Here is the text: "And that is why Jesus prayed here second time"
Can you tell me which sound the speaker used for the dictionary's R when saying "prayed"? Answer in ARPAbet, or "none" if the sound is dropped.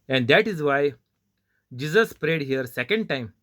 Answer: R